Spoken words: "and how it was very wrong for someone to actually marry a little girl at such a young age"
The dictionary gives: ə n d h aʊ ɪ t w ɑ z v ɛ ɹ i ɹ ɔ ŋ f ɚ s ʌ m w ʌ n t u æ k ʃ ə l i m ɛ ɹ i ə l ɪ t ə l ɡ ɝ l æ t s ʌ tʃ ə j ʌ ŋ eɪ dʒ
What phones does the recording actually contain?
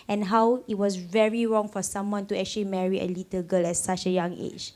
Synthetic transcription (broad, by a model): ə n h aʊ ɪ t w ɑ s v ɛ ɹ i ɹ ɔ ŋ f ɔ s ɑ m w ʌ n t u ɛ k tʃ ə l i m ɛ ɹ i ə l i t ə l ɡ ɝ l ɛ s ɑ tʃ ə j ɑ ŋ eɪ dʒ